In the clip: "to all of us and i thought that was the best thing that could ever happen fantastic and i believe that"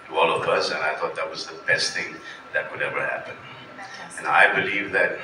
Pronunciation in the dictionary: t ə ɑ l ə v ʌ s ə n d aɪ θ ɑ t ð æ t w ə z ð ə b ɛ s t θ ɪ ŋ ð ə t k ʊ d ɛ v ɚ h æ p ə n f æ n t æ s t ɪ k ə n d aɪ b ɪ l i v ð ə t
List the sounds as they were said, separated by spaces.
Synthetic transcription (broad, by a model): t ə ɑ l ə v ʌ s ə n aɪ θ ɑ t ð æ t w ə z ð ə b ɛ s t θ ɪ ŋ ð ə t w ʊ d ɛ v ɚ h æ p ə n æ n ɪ ə b ɪ l i v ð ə t